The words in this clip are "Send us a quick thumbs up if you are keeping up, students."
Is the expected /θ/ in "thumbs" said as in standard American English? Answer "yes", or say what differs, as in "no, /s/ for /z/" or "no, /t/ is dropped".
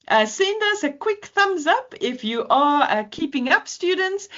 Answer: yes